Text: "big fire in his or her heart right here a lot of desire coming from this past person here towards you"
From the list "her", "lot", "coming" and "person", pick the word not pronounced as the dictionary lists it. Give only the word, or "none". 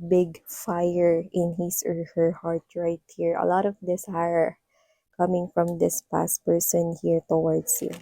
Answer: none